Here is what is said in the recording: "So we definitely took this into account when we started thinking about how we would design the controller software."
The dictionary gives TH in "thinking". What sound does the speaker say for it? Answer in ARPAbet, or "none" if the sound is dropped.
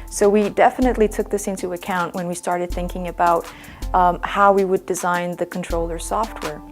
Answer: TH